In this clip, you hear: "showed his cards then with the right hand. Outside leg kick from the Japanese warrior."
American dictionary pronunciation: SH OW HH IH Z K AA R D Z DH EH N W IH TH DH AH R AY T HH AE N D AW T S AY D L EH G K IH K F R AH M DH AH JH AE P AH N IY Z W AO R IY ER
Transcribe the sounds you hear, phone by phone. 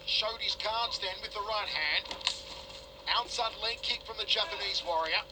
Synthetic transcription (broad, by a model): SH OW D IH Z K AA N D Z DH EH N W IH DH AH R AY T HH AE N D AW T S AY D L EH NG K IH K F R AH M DH AH JH AE P AH N IY Z W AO R IY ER